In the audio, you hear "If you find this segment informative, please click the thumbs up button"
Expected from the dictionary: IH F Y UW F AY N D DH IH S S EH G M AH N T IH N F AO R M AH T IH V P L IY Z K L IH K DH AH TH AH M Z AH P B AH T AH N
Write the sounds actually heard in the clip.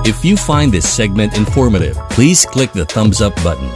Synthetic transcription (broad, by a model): IH F Y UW F AY N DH IH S S EH G M AH N T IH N F AO R M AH T IH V P L IY Z K L IH K DH AH TH AH M Z AH P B AH T N